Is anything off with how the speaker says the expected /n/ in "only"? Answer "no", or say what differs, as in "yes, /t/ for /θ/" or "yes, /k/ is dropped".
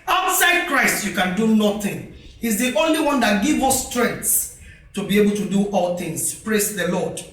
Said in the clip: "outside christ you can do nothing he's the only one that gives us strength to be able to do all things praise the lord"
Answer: no